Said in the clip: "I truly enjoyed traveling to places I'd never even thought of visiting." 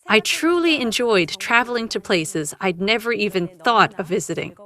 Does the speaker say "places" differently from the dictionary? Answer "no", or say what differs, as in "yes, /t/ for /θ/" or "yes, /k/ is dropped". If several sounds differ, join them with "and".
no